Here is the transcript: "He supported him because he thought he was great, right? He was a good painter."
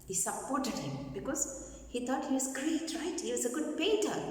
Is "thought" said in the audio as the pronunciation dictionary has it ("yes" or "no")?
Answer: no